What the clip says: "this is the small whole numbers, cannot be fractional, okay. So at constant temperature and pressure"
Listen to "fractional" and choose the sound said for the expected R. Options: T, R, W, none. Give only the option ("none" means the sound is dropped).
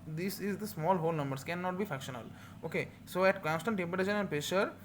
none